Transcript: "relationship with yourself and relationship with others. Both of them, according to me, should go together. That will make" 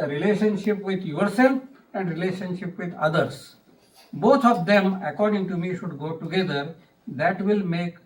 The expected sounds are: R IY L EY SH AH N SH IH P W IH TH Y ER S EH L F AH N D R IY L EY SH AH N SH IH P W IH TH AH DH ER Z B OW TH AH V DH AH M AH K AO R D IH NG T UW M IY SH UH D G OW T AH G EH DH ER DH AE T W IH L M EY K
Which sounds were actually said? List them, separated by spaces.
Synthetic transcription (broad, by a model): R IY L EY SH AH N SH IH P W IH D Y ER S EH L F AH N D R IY L EY SH AH N SH IH P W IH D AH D ER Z B OW T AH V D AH M AH K AO R D IH NG T UW M IY SH UH D G OW T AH G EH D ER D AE T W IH L M EY K